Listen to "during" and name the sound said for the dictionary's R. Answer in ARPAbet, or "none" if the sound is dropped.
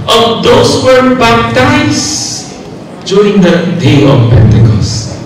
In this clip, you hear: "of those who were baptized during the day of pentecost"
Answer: none